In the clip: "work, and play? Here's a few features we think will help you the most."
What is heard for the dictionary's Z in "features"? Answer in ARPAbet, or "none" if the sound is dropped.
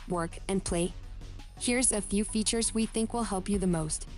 Z